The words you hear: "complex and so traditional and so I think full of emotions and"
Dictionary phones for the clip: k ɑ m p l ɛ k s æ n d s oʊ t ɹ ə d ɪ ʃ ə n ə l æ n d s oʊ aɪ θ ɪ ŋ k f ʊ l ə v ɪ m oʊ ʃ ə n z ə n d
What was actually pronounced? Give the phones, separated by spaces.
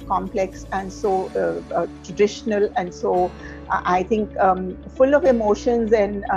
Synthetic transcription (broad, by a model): k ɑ m p l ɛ k s æ n d s oʊ t ɹ ə d ɪ ʃ ə n ə l æ n d s oʊ aɪ t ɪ ŋ k f ʊ l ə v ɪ m oʊ ʃ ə n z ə n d